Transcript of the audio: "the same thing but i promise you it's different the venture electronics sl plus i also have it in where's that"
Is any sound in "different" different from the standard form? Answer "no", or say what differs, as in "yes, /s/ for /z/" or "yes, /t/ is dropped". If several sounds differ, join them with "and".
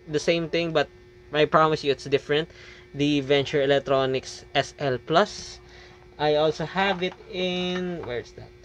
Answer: no